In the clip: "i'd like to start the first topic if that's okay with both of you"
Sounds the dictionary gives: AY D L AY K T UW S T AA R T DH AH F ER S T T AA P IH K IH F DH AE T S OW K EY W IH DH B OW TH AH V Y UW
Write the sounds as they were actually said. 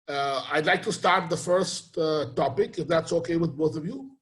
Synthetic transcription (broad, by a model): AY D L AY K T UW S T AA R T DH AH F ER S T T AA P IH K IH F DH AE T S OW K EY W IH DH B OW TH AH V Y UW